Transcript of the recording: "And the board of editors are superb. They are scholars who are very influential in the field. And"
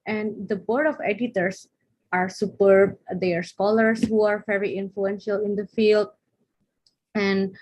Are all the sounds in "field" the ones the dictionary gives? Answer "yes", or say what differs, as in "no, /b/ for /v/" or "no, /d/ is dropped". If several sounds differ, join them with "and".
yes